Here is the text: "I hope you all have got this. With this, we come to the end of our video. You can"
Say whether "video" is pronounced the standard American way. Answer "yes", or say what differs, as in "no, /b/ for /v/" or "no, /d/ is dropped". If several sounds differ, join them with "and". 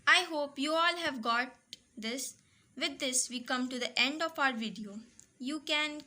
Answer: yes